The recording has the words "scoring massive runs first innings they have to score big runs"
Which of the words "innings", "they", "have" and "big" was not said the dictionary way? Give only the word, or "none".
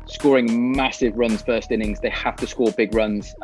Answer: have